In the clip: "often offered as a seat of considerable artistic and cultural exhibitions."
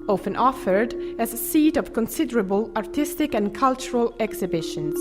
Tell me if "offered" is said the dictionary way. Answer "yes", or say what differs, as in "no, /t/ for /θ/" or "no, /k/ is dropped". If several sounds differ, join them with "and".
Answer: yes